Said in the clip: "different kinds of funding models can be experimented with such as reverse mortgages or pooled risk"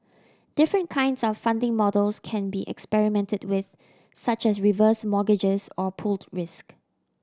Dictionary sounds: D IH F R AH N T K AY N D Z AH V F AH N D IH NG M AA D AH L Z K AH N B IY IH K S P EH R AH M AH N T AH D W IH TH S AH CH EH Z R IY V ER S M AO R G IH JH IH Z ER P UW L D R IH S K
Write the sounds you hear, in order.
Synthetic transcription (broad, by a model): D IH F R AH N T K AY N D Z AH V F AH N D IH NG M AA D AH L S K AH N B IY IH K S P EH R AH M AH N T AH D W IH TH S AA CH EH S R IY V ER S M AO G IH JH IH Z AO P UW L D R IH S K